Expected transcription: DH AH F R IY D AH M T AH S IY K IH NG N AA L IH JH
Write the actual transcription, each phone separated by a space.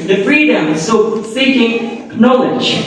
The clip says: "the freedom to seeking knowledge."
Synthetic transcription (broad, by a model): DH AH F R IY D AH M S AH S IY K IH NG N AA L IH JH